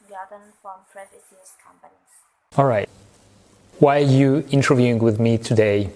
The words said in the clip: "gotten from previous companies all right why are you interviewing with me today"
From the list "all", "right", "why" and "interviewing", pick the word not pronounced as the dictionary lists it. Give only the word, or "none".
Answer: none